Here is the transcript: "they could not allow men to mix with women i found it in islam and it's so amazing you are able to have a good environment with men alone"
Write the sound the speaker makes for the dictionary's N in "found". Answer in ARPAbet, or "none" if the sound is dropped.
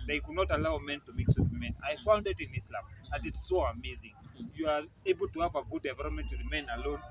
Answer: N